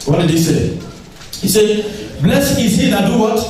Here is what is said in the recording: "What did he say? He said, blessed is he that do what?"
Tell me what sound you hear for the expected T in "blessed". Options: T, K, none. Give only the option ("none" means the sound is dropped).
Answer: none